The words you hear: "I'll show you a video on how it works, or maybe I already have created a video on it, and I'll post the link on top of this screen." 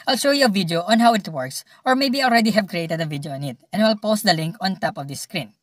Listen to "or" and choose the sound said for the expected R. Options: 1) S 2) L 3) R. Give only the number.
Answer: 3